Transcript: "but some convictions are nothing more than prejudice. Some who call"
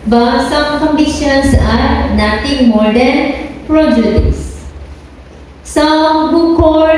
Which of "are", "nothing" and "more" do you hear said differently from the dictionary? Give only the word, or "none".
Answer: nothing